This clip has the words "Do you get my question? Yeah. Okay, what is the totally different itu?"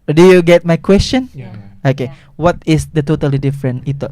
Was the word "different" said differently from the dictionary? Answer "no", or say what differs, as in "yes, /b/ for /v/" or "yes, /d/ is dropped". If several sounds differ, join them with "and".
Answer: yes, /t/ is dropped